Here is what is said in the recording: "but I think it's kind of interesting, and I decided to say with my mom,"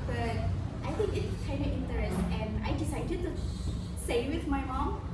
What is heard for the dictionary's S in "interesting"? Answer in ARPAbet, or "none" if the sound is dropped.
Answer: none